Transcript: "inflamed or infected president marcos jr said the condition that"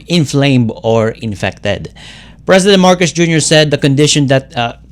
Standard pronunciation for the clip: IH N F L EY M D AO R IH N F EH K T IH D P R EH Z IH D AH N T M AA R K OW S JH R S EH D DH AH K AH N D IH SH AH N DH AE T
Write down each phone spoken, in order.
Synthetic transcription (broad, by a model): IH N F L EY M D AO R IH N F EH K T IH D P R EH S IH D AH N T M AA R K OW S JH R S EH D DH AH K AH N D IH SH AH N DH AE T